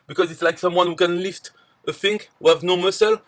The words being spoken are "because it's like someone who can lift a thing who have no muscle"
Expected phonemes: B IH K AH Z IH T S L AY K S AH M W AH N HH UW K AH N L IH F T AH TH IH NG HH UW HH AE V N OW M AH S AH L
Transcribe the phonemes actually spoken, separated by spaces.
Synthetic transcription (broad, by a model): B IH K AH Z IH T S L AY K S AH M W AH N HH UW K AH N L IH F T AH F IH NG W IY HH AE V N OW M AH S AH L